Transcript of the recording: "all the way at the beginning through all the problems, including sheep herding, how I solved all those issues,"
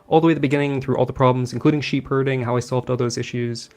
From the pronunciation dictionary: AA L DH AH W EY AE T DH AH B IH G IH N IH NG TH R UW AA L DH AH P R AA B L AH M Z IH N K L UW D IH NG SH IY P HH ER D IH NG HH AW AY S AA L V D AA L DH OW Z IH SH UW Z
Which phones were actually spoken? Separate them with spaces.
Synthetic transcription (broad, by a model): AA L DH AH W EY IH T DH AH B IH G IH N IH NG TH R UW AA L DH AH P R AA B L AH M Z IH N K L UW D IH NG SH IY P HH ER D IH NG HH AW AY S AA L V D AA L DH OW Z IH SH UW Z